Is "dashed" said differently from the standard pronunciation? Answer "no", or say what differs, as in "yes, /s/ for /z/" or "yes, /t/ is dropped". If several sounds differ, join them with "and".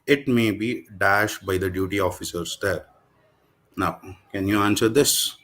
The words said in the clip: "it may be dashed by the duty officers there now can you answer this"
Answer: no